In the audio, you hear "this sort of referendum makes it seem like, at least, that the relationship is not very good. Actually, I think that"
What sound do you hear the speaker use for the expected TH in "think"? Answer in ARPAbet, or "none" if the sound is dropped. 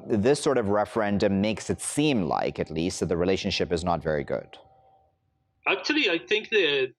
TH